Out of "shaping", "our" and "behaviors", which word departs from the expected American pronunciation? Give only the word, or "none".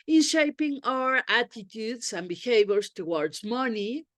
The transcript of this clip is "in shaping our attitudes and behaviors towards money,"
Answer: behaviors